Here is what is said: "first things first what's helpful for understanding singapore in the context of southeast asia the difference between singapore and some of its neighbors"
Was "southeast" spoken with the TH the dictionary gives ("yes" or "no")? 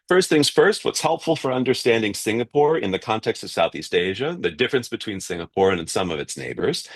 yes